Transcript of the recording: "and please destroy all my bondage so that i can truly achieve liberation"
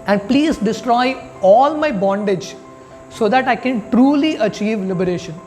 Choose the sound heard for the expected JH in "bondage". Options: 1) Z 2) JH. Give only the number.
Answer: 2